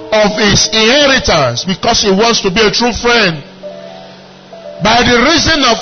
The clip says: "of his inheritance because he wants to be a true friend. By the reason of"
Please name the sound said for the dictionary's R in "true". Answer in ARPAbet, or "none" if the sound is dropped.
R